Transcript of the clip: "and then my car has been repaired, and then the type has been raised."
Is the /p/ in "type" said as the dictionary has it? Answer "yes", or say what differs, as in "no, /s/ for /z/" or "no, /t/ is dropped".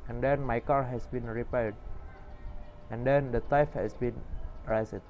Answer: no, /f/ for /p/